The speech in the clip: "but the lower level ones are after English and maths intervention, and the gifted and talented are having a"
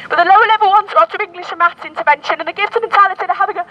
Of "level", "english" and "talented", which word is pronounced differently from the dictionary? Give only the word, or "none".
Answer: talented